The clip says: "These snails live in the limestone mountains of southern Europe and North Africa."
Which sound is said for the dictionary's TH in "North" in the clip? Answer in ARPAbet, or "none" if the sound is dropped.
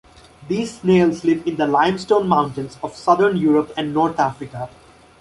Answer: T